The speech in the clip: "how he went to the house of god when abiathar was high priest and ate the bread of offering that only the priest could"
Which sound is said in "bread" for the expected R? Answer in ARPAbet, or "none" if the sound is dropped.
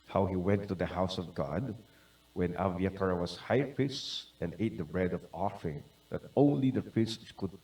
R